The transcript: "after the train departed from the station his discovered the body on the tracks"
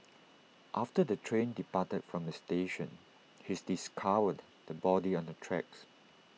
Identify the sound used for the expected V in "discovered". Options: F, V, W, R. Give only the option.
W